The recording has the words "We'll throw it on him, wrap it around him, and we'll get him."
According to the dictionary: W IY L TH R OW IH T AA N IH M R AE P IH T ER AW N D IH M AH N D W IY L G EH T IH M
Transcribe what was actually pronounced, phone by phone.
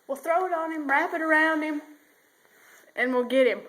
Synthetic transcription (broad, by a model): W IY L TH R OW IH T N IH M R AE P IH T ER AW N D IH M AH N W IY L G EH T IH M